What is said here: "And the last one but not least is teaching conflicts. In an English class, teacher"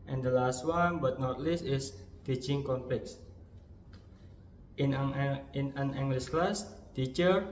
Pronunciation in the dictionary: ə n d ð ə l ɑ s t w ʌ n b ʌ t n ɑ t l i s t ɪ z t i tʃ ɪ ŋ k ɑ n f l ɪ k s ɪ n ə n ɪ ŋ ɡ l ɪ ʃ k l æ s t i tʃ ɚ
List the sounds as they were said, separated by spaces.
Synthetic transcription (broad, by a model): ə n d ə l ɑ s t w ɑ n b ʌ t n ɑ t l i s t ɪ s t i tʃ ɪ ŋ k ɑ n p l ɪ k s ɪ n ə n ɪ ŋ ɡ l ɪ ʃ k l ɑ s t i tʃ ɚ